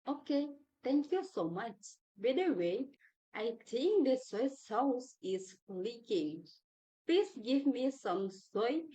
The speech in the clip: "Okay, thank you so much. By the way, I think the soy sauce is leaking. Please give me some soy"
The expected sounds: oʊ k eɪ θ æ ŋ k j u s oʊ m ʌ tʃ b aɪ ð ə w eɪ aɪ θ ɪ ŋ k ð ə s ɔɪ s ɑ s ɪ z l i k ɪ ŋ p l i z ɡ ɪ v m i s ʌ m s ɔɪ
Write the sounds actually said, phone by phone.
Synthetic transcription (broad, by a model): oʊ k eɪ t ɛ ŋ k j u s oʊ m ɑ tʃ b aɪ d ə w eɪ aɪ t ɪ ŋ k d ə s ɔɪ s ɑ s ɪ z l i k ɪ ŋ p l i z ɡ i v m i s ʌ m s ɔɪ